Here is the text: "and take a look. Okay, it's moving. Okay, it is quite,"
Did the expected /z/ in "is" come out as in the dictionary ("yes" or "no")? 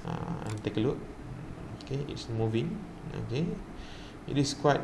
no